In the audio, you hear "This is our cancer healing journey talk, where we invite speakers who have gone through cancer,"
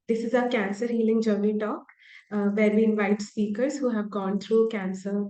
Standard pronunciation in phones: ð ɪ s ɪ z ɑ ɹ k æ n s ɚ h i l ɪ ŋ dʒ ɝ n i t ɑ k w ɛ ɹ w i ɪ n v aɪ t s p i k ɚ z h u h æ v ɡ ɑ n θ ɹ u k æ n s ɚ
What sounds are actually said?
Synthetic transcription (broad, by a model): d ɪ s ɪ z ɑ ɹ k æ n s ɚ h i l ɪ ŋ dʒ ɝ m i t ɑ k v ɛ ɹ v i ɪ n v aɪ t s p i k ɚ z h u h æ v ɡ ɑ n t ɹ u k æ n s ɚ